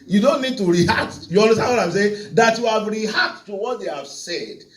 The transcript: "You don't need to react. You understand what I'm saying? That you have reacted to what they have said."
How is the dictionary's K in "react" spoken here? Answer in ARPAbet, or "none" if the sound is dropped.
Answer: none